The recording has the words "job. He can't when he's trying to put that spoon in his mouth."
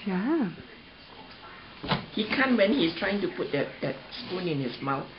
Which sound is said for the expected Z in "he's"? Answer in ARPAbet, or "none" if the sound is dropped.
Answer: S